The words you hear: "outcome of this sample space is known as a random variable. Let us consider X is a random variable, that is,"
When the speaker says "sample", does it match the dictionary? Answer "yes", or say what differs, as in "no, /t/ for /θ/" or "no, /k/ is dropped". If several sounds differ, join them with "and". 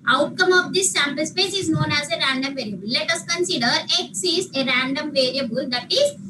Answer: yes